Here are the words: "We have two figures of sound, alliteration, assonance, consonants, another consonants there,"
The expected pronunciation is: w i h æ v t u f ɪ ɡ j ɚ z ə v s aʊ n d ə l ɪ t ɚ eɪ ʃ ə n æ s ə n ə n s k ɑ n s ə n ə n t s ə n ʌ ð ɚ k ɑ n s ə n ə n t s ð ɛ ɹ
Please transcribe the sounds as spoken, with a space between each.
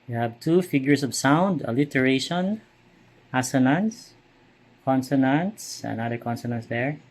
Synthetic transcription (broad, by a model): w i h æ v t u f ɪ ɡ j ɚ s ə v s aʊ n d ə l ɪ t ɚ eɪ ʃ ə n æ s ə n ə n s k ɑ n s ə n ə n t s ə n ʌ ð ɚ k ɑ n s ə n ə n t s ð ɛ ɹ